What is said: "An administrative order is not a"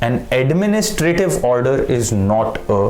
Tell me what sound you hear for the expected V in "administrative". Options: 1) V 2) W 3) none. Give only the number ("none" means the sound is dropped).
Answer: 1